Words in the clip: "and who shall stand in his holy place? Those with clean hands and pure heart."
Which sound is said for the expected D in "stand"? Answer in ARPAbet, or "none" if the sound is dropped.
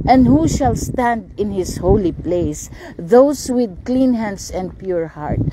D